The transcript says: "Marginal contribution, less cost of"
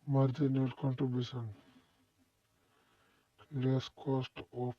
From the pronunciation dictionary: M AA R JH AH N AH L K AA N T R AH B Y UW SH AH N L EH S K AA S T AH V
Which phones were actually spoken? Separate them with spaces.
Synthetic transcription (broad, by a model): M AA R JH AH N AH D K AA N T R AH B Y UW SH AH N L EH S K AA S T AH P